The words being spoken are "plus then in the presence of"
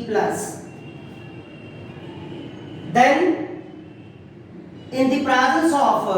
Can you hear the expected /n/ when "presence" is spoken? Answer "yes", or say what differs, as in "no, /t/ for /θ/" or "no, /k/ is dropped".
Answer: no, /l/ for /n/